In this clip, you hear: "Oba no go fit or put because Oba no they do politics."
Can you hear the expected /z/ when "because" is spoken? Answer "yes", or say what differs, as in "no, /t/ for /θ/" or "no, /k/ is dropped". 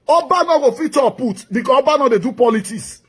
no, /z/ is dropped